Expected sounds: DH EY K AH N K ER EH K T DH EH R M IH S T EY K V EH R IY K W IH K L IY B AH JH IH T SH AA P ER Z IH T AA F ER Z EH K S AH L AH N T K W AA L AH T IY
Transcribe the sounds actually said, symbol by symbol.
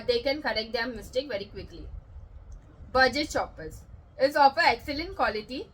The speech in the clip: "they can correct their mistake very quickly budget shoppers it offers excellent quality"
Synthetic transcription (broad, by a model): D EY K AH N K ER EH K T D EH M IH S T EY K V EH R IY K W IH K L IY B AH JH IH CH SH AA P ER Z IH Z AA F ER EH K S AH L AH N T K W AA L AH T IY